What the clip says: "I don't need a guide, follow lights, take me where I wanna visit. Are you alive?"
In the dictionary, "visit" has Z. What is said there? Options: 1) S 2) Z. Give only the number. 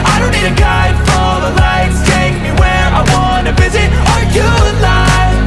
2